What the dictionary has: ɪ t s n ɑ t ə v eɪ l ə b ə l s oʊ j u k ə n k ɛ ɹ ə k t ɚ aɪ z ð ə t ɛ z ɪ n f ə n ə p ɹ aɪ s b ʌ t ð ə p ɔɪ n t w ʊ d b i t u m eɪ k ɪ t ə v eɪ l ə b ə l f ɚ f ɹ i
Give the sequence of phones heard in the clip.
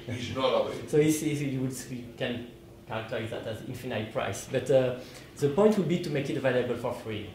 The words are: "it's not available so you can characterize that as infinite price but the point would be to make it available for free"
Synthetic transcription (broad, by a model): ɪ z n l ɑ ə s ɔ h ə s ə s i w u k ə n k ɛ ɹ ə k t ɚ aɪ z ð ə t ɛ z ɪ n f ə n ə p ɹ aɪ s b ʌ t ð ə p ɔɪ n t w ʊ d b i t u m eɪ k ɪ t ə v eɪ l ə b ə l f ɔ f ɹ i